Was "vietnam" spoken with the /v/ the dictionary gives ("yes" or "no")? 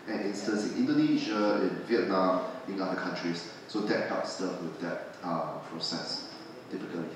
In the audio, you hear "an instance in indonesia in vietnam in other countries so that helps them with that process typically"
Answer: yes